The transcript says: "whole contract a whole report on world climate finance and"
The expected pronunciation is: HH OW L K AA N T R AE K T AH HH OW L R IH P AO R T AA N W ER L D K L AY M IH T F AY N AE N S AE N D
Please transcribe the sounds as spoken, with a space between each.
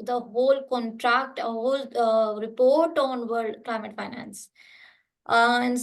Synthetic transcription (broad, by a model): HH OW L K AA N T R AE K T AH HH OW L R IH P AO R T AA N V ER D K L AY M IH T F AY N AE N S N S